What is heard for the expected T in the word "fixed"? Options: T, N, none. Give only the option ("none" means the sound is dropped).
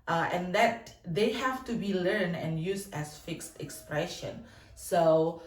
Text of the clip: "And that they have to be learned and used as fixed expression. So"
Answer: T